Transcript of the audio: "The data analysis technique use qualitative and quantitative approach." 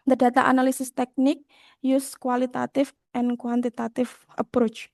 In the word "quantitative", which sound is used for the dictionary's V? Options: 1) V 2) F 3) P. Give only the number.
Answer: 2